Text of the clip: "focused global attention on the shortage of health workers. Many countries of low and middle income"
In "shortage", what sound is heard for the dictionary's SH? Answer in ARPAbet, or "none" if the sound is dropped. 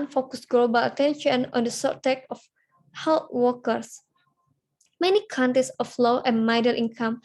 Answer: S